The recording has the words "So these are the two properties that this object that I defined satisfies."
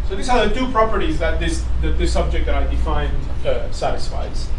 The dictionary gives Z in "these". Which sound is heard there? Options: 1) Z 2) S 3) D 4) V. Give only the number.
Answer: 2